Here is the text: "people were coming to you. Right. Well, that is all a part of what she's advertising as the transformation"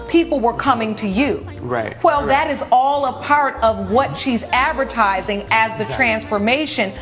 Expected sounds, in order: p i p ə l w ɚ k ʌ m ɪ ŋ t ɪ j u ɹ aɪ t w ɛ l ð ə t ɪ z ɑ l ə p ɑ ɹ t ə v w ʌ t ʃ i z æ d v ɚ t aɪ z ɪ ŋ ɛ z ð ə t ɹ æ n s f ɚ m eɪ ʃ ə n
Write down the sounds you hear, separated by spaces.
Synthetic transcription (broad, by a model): p i p l w ɚ k ʌ m ɪ ŋ t ɪ j u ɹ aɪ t w ɛ l ð ə t ɪ z ɑ l ə p ɑ ɹ t ə v w ʌ t ʃ i z æ d v ɚ t aɪ z ɪ ŋ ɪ z ð ə t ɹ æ n s f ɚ m eɪ ʃ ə n